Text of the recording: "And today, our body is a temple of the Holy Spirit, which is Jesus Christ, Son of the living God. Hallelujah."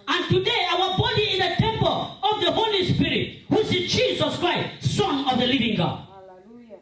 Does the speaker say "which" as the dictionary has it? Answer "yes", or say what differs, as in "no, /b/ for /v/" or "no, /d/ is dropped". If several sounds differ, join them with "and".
no, /s/ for /tʃ/